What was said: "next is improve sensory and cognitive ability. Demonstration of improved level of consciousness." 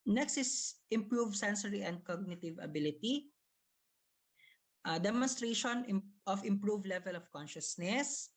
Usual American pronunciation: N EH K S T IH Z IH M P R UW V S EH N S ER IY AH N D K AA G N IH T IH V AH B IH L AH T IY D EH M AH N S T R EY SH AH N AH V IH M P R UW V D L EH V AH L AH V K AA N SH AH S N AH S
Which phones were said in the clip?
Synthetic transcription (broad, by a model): N EH K S T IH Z IH M P R UW V S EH N S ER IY AH N D K AA G N IH T IH V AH B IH L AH T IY D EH M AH N S T R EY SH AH N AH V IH M P R UW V L EH V AH L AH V K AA N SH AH S N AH S